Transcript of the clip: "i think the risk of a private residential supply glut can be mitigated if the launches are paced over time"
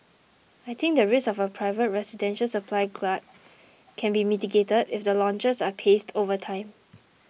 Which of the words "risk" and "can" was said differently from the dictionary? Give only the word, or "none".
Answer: risk